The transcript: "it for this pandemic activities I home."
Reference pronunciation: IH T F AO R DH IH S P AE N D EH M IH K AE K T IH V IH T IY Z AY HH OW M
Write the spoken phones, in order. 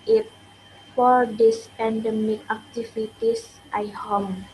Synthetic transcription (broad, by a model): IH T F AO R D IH S P AE N D EH M IH K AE K T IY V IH T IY S AY HH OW M